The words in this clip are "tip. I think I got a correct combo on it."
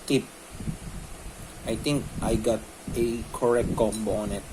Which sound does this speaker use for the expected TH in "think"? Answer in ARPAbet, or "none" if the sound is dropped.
T